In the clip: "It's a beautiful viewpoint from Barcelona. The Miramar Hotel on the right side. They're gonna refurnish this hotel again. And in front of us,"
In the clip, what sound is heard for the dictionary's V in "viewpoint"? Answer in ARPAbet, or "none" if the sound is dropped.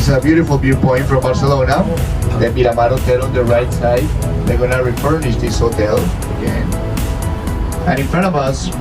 B